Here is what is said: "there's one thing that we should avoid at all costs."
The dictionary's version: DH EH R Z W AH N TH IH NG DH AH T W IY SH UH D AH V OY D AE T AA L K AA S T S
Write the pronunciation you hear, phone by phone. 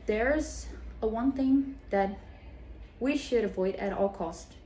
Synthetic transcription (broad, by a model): DH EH R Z W AH N TH IH NG DH AH T W IY SH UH D AH V OY D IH T AA L K AA S T